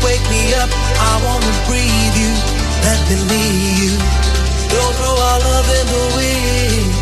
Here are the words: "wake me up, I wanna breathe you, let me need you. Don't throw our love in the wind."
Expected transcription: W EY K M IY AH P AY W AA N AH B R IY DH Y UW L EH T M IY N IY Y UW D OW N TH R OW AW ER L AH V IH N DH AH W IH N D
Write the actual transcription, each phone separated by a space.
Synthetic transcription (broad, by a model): W EY K M IY AH P AY W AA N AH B R IY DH Y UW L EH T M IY L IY Y UW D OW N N OW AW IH L AH V IH N DH AH W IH